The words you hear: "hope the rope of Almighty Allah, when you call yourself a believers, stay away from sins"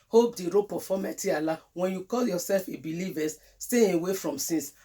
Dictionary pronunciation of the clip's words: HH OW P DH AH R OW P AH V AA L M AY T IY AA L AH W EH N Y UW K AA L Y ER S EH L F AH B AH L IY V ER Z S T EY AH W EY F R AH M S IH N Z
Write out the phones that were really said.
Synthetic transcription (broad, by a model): HH OW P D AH R OW P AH F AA M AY T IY AA L AH W EH N Y UW K AA L Y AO S EH L F AH B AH L IY V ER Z S T EY AH W EY F R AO M S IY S